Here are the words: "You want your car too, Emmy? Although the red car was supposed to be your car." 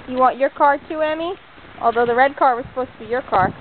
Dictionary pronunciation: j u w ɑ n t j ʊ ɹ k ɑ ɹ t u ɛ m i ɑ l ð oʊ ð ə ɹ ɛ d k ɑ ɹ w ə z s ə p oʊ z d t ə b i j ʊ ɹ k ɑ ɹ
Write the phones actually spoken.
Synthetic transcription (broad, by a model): j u w ɑ n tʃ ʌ ɹ k ɑ ɹ t u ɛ m i ɑ l ð oʊ ð ə ɹ ɛ d k ɑ ɹ w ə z s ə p oʊ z t ə b i j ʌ ɹ k ɑ ɹ